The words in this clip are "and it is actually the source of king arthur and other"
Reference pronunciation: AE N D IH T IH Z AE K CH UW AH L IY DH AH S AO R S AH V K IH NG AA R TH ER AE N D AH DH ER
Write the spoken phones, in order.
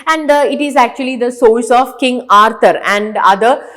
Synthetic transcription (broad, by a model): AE N D IH T IH Z AE K CH UW AH L IY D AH S AO L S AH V K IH NG AA R T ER AE N D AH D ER